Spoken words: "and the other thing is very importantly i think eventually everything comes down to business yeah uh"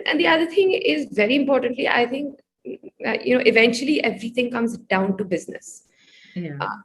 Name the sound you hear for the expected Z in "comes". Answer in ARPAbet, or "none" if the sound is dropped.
Z